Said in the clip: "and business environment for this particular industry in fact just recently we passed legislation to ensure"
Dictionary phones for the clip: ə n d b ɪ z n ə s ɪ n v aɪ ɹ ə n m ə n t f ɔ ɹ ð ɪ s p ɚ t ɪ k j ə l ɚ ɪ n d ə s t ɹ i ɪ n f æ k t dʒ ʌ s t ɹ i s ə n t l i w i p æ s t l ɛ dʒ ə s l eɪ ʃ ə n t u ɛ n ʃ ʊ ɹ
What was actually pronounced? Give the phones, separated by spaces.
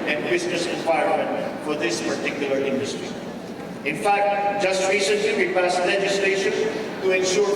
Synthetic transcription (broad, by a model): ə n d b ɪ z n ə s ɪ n w aɪ ə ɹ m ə n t f ɔ ɹ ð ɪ s p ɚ t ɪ k j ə l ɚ ɪ n d ə s t ɹ i ɪ n f æ k t dʒ ʌ s t ɹ i s ə n t l i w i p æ s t l ɛ dʒ ə s l eɪ ʃ ə n t u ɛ n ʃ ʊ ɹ